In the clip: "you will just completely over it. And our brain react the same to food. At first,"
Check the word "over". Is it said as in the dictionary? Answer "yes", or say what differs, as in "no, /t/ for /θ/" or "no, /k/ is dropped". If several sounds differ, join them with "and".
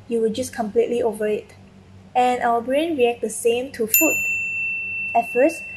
yes